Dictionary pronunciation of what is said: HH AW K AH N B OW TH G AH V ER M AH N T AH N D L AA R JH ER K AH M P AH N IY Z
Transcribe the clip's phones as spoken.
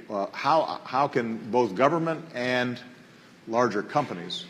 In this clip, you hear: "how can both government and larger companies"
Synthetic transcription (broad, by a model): HH AW K AH N B OW TH G AH V ER M AH N T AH N L AA R JH ER K AH M P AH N IY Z